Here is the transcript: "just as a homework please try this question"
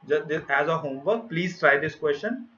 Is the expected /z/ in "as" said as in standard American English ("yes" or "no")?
yes